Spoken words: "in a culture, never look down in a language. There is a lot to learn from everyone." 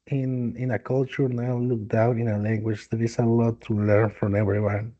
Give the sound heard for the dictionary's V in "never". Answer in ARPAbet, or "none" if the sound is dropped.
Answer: none